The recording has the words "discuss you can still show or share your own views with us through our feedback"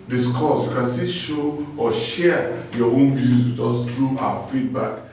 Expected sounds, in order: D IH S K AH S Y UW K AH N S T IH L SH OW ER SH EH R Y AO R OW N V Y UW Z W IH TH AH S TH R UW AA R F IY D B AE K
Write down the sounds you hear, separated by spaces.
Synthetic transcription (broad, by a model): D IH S K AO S Y UW K AH N S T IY SH OW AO SH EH Y AO OW N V Y UW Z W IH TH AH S T R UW AA F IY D B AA K